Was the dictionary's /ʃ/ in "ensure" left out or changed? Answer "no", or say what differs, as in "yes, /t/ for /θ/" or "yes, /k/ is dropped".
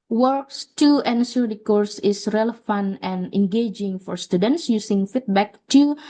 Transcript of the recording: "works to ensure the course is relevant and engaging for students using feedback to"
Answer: yes, /s/ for /ʃ/